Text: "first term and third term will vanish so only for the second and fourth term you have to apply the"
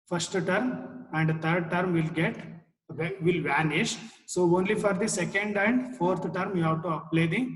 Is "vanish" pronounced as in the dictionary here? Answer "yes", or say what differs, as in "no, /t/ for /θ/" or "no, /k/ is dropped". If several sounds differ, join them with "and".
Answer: yes